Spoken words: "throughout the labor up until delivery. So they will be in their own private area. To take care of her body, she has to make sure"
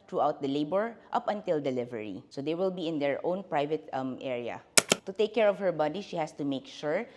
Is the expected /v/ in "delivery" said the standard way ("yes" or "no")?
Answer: yes